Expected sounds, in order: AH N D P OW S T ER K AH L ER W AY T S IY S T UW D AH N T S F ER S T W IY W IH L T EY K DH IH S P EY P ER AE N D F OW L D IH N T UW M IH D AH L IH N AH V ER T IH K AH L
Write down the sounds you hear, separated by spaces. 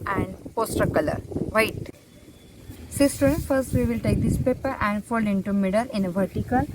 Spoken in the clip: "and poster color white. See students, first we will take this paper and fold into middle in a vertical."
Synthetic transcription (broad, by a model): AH N D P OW S T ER K AH L ER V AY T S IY S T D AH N F ER S T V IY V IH L T EY K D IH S P EY P ER AE N D F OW L IH N T UW M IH D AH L IH N AH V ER T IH K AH L